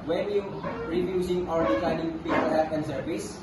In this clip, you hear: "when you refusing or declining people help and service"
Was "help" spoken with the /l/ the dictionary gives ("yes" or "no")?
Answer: no